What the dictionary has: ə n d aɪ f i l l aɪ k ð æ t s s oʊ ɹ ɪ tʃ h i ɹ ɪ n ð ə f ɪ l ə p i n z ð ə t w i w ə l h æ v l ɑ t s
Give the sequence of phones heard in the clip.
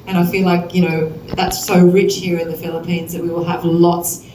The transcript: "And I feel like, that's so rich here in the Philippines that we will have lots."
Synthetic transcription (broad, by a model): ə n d aɪ f i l l aɪ k ð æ t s s oʊ ɹ ɪ tʃ h i ɹ ɪ n ð ə f ɪ l ə p i n z ð ə t w i w ə l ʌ v l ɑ t s